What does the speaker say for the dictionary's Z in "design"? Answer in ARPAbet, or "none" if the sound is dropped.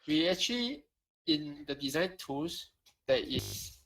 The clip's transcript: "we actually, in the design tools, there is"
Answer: Z